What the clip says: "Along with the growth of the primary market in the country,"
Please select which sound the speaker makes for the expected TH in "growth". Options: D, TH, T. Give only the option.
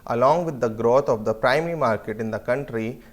T